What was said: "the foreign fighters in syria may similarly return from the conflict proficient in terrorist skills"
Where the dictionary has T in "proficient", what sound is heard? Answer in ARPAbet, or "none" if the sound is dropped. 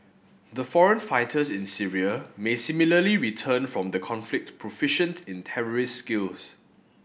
T